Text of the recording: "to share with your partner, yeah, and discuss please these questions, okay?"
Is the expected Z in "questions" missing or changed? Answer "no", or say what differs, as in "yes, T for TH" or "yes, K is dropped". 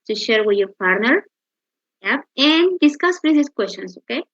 yes, S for Z